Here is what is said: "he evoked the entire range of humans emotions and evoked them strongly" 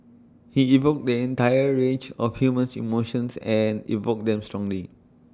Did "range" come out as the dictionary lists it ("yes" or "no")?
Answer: no